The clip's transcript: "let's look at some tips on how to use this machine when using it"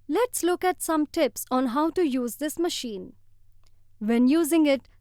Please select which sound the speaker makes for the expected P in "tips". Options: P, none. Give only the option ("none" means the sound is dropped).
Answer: P